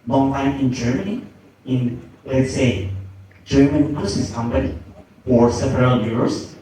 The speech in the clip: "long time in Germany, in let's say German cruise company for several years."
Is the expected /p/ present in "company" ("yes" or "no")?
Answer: no